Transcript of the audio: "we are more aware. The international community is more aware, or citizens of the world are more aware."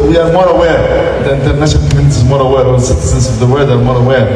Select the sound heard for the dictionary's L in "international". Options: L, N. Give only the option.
N